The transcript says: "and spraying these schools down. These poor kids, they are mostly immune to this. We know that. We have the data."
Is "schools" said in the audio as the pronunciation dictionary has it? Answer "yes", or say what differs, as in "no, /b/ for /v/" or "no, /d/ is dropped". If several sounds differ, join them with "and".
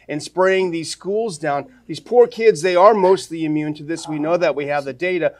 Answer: yes